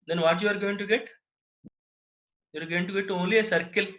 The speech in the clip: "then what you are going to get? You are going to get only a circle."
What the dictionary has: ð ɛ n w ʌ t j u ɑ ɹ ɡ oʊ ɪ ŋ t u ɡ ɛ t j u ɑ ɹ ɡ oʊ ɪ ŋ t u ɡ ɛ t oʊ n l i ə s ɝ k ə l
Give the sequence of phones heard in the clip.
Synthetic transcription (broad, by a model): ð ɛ n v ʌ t j u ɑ ɹ ɡ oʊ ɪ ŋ t u ɡ ɛ t j u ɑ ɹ ɡ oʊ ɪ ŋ t u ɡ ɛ t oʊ l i ə s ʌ k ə l